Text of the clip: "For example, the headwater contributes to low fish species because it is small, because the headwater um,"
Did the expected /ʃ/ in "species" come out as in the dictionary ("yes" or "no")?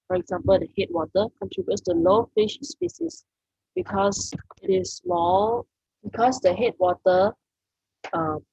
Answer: no